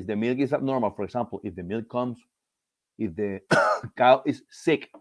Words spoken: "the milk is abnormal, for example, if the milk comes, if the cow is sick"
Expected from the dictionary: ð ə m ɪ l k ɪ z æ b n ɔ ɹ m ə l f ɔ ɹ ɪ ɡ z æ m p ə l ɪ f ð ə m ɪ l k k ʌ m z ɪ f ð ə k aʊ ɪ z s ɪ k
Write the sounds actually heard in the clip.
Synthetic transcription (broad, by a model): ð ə m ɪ l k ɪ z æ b n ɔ ɹ m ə l f ɔ ɹ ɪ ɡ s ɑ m p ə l ɪ f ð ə m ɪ l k k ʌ m s ɪ f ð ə k aʊ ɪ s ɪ k